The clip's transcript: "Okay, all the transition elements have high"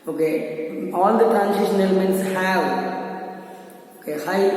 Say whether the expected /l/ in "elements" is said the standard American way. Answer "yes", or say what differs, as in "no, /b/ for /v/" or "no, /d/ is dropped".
yes